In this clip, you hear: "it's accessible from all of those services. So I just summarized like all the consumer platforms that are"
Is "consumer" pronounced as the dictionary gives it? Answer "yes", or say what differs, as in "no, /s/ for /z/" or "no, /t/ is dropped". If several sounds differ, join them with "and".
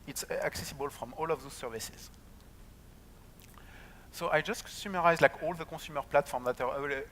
no, /n/ is dropped